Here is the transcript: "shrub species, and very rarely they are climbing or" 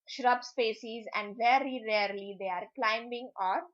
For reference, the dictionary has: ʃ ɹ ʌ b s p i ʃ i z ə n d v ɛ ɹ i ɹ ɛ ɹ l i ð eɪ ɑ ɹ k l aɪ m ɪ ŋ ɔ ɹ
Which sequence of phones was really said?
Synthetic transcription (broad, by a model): ʃ ɹ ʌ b s p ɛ s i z ə n d v ɛ ɹ i ɹ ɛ ɹ l i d eɪ ɑ ɹ k l aɪ m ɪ ŋ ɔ ɹ